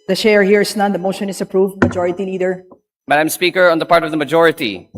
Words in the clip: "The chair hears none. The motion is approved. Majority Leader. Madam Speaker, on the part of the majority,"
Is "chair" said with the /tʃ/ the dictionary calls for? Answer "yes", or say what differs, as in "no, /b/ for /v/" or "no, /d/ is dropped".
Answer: no, /ʃ/ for /tʃ/